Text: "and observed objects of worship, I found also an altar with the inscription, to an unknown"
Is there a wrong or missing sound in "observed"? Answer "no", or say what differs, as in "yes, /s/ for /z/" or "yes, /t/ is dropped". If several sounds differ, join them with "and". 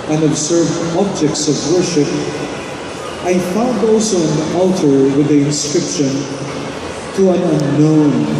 no